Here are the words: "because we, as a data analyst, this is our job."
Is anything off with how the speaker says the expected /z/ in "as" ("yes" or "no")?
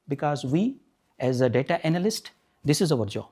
no